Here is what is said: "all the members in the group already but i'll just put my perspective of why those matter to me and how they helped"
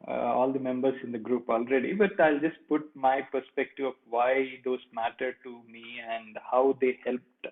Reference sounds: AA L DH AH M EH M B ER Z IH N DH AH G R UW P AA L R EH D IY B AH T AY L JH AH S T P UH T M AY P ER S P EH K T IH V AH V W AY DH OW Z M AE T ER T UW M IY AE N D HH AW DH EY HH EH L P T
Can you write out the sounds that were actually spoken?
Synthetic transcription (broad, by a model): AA L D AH M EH M B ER S IH N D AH G R UW P AA L R EH D IY B AH T AY L JH AH S T P UH T M AY P ER S P EH K T IH V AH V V AY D OW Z M AE T ER T UW M IY AE N D HH AW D EY HH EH L P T